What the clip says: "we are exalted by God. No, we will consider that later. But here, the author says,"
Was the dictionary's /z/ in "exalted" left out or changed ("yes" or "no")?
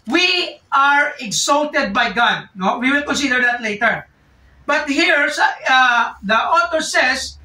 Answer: yes